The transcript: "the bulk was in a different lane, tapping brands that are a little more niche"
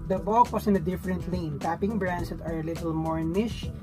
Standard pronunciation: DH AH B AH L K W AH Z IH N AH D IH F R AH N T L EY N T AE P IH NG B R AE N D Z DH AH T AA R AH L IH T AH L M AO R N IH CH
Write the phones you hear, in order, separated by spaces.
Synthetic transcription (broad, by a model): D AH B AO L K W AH S IH N AH D IH F R AH N T L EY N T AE P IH NG B R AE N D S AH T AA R AH L IH T AH L M AO R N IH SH